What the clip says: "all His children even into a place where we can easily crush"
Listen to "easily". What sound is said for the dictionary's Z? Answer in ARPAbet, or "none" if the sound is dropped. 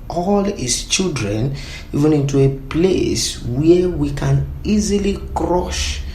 Z